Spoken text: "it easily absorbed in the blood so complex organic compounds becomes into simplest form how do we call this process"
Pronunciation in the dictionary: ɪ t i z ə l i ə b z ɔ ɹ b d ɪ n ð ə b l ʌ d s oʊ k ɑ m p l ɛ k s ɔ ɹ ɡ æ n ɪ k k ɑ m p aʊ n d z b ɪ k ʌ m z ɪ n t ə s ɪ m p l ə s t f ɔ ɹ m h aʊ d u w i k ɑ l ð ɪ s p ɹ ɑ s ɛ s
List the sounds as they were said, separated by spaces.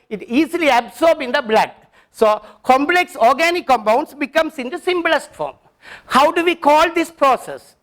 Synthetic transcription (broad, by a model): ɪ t i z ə l i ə b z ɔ ɹ b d ɪ n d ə b l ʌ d s oʊ k ɑ m p l ɛ k s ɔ ɹ ɡ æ n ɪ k k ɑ m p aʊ n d s b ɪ k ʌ m s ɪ n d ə s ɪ m b l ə s t f ɔ ɹ m h aʊ d u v i k ɑ l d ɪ s p ɹ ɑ s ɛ s